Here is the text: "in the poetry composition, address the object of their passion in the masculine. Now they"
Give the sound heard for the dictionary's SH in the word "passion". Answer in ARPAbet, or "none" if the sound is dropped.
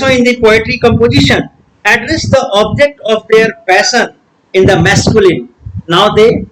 S